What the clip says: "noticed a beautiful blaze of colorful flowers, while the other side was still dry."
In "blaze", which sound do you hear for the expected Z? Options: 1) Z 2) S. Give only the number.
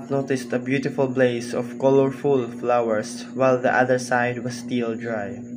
2